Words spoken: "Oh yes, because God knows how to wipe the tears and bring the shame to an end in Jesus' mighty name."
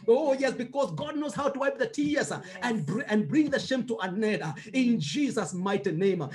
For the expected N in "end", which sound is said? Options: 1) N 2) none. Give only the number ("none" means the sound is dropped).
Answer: 2